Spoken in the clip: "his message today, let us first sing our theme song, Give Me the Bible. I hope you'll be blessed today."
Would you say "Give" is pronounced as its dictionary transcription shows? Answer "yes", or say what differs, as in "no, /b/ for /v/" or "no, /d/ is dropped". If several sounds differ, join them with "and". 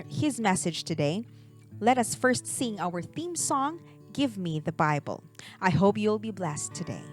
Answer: yes